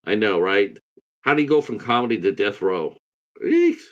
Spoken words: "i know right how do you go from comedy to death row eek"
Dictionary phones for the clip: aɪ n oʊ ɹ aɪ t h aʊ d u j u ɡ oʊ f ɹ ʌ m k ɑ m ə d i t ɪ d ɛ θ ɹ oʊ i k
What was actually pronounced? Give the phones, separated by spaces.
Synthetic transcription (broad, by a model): aɪ n oʊ ɹ aɪ t h aʊ d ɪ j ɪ ɡ oʊ f ɹ ʌ m k ɑ m ə d i t ɪ d ɛ θ ɹ oʊ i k